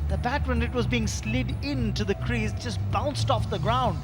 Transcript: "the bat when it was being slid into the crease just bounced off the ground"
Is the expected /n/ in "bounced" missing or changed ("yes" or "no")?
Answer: no